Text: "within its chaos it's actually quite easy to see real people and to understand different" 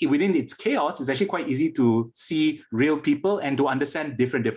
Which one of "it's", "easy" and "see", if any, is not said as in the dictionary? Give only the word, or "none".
none